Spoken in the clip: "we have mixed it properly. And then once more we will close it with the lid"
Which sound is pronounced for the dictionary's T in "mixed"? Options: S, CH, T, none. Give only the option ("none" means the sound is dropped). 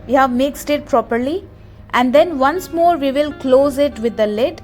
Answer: T